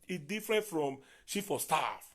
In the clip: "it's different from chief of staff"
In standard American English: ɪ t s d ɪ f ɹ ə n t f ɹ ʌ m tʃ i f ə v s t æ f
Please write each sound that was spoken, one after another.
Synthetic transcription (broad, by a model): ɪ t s d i f ɹ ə n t f ɹ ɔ m ʃ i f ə s t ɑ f